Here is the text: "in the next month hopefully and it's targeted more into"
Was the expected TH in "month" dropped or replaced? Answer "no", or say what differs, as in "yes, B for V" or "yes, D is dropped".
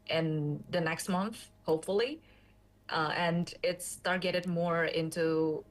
no